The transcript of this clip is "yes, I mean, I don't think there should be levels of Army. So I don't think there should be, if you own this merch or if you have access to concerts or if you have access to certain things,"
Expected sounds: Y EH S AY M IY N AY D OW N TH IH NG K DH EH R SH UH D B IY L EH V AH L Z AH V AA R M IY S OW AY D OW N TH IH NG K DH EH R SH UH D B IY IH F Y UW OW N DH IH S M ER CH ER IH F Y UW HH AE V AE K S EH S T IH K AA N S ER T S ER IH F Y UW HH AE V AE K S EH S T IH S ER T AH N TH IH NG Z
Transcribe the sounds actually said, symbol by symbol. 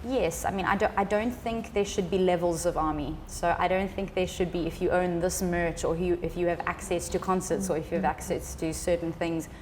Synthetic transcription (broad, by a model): Y EH S AY M IY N AY D OW N TH IH NG K DH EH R SH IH D B IY L EH V AH L Z AH V AA R M IY S OW AY D OW N TH IH NG K DH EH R SH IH D B IY IH F Y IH OW N DH IH S M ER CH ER IH F Y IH V AE K S EH S T IH K AA N S ER T S ER IH F Y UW V AE K S EH S T IH S ER T N TH IH NG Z